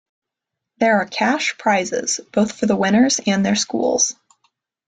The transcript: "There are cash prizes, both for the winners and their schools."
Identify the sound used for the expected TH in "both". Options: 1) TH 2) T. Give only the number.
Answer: 1